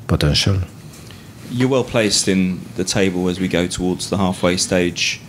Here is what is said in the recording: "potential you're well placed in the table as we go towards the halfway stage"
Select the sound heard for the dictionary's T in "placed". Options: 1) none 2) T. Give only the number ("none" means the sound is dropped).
2